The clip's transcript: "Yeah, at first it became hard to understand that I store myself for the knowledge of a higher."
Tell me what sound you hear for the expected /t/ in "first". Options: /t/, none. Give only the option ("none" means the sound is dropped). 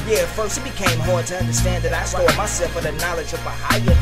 none